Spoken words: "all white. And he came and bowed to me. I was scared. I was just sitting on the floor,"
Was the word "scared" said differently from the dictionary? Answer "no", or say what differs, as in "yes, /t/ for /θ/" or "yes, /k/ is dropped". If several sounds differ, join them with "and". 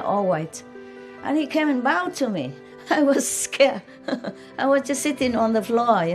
yes, /d/ is dropped